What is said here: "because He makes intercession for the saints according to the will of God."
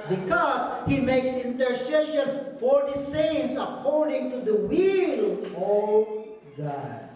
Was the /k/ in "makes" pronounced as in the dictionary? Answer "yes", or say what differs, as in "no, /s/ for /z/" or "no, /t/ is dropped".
yes